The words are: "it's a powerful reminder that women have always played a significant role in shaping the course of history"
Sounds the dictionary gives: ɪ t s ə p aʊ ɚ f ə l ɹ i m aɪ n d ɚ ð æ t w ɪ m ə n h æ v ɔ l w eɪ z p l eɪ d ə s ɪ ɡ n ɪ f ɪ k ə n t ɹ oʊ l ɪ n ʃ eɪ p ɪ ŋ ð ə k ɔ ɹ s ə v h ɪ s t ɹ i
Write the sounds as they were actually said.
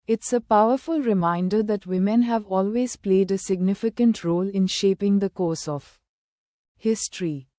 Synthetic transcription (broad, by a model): ɪ t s ə p aʊ ɚ f ə l ɹ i m aɪ n d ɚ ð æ t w ɪ m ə n h æ v ɔ l w eɪ z p l eɪ d ə s ɪ ɡ n ɪ f ɪ k ə n t ɹ oʊ l ɪ n ʃ eɪ p ɪ ŋ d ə k ɔ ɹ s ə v h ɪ s t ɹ i